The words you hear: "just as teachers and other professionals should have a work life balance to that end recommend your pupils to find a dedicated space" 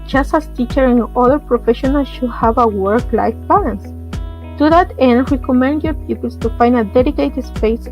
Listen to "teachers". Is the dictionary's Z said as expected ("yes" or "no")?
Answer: no